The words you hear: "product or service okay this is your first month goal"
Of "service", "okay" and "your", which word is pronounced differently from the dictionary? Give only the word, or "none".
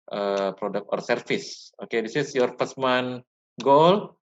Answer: service